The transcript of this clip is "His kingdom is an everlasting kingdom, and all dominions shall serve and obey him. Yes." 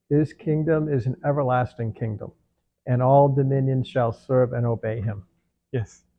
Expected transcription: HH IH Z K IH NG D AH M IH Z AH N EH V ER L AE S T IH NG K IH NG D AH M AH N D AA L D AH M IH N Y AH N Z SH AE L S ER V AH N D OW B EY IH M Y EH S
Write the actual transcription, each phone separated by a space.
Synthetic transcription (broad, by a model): HH IH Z K IH NG D AH M IH Z N EH V ER L AE S T IH NG K IH NG D AH M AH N AA L D AH M IH N Y AH N Z SH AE L S ER V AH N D OW B EY IH M Y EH S